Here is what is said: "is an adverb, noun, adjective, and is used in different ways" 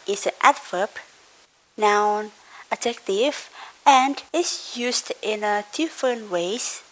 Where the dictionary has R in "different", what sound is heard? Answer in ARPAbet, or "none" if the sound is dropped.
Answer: none